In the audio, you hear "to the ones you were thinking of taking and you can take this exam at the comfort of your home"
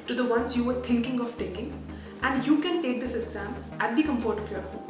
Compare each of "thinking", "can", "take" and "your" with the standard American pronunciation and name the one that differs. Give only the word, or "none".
thinking